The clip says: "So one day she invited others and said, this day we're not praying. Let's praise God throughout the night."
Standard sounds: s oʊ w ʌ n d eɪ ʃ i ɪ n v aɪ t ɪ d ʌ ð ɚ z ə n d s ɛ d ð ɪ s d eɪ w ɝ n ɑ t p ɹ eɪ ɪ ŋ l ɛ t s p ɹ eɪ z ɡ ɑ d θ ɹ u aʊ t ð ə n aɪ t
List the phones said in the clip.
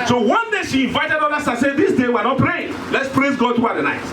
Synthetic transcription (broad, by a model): s oʊ w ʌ n d eɪ ʃ i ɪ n v aɪ t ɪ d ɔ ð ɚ s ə s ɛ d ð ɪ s d eɪ w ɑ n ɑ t p ɹ eɪ ɪ ŋ l ɛ t s p ɹ eɪ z ɡ ɑ d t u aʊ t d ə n aɪ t